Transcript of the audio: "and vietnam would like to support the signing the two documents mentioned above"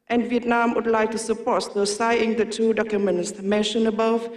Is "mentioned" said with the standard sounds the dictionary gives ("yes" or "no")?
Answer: no